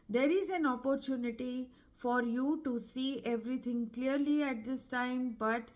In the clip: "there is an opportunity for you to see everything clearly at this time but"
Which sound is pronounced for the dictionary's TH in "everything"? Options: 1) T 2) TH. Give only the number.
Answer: 1